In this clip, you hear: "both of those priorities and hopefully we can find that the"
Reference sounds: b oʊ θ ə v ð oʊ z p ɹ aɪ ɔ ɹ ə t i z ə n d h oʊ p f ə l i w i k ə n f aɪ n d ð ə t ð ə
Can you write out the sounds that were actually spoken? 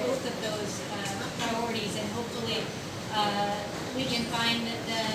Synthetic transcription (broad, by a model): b oʊ θ ə v ð oʊ z p ɹ aɪ ɔ ɹ ə t i z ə n h oʊ p f l i w i k ə n f aɪ n ð ə t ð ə